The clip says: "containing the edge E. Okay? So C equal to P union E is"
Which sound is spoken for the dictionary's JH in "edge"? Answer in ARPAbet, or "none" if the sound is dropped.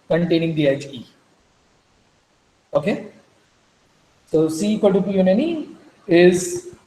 CH